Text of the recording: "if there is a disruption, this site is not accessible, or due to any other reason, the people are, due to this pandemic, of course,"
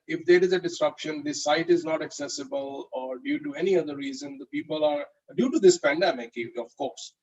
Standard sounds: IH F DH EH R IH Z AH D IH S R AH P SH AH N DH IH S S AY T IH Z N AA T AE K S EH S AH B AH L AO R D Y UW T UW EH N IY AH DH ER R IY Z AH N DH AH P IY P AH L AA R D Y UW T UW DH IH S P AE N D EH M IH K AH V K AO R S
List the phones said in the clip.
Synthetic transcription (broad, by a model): IH F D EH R IH Z AH D IH S R AH P SH AH N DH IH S S AY T IH Z N AA T AE K S EH S AH B AH L AO R D Y UW T UW EH N IY AH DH ER R IY Z AH N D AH P IY P AH L AA R D Y UW T UW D IH S P AE N D EH M IH K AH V K AO R S